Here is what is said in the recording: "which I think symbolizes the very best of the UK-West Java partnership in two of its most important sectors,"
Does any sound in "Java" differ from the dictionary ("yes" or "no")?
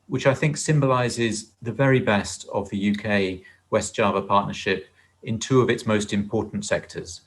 no